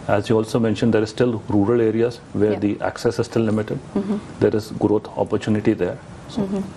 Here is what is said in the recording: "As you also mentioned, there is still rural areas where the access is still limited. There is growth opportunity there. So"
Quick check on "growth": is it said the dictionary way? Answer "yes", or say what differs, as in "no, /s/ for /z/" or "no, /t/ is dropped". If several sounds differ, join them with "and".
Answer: no, /t/ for /θ/